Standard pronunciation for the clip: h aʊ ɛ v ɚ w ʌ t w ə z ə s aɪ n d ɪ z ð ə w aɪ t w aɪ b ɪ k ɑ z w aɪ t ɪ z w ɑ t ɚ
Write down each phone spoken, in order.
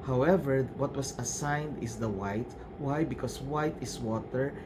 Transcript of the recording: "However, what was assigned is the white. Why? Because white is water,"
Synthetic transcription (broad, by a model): h aʊ ɛ v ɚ w ʌ t w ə s ə s aɪ n d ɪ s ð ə w aɪ t w aɪ b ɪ k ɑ s w aɪ t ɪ s w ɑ t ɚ